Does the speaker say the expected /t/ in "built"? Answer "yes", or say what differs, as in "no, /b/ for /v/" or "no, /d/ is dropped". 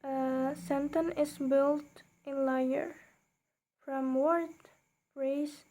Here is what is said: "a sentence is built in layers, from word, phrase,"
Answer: yes